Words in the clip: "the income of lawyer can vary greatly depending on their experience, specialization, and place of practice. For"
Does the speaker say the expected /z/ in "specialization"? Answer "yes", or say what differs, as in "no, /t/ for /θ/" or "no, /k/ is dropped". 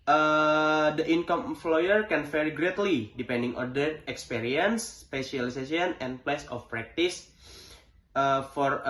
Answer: no, /s/ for /z/